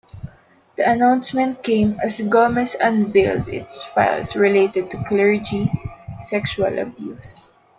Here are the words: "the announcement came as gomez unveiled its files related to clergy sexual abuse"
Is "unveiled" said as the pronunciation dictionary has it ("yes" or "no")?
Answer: yes